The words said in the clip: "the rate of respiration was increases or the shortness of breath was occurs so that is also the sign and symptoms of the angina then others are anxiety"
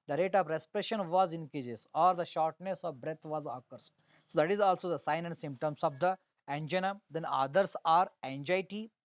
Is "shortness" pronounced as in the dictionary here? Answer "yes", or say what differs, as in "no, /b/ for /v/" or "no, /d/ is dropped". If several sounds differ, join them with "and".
yes